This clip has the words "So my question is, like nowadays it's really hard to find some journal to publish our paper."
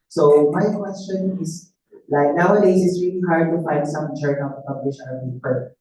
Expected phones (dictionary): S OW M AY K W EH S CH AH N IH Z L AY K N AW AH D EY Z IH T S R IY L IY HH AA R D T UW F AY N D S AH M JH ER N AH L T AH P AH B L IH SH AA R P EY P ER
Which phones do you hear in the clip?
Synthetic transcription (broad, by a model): S OW M AY K W EH S CH AH N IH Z L AY K N AW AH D EY S IH T S R IY L IY HH AA R D T UW F AY N D S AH M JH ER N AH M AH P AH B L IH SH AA L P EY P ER